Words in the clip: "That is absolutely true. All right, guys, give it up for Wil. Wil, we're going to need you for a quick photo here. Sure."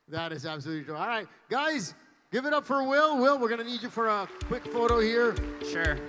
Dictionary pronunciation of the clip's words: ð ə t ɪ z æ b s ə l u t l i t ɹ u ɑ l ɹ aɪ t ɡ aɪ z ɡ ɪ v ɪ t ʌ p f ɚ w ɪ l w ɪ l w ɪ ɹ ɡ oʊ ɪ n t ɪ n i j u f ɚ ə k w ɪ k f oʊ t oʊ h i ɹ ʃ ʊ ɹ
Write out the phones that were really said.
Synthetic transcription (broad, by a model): ð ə t ɪ z æ b s ə l u t l i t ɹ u ɑ l ɹ aɪ t ɡ aɪ z ɡ ɪ v ɪ t ʌ p f ɚ w ɪ l w ɪ l w ɪ ɹ ɡ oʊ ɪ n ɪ n i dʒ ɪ f ɚ ə k w ɪ k f oʊ t oʊ h i ɹ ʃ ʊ ɹ